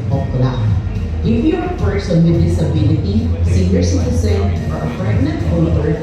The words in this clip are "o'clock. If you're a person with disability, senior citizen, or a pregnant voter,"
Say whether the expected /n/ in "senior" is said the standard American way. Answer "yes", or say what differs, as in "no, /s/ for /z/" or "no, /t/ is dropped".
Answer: no, /n/ is dropped